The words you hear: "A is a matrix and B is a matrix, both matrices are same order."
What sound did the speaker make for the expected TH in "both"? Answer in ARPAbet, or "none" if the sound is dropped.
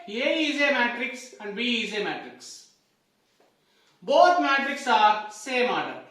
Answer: T